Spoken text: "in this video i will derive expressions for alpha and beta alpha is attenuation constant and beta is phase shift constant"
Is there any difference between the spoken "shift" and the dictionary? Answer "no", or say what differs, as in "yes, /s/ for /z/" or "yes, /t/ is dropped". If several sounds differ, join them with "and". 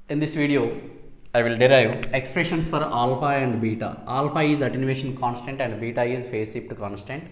yes, /p/ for /f/